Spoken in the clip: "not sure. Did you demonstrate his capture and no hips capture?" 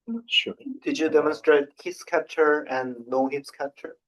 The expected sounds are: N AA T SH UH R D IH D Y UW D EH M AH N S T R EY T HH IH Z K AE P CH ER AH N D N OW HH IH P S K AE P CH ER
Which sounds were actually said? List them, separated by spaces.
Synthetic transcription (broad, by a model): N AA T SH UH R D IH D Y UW D EH M AH N S T R EY T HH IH S K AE P CH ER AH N N OW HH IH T S K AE P CH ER